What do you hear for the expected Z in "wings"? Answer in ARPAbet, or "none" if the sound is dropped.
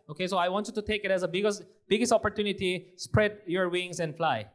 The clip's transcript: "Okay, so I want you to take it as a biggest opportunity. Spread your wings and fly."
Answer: S